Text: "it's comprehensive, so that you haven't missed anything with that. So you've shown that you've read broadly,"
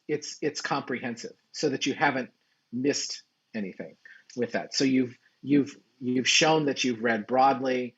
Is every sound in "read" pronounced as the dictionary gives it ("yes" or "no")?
yes